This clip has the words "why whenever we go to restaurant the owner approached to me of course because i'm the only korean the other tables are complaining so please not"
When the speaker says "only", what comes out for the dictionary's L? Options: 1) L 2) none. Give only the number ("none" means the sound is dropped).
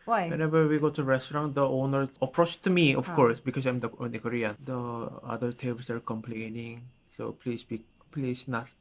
2